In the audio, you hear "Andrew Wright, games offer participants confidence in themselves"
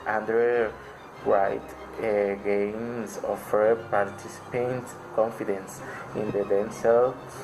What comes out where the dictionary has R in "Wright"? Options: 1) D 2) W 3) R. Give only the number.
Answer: 2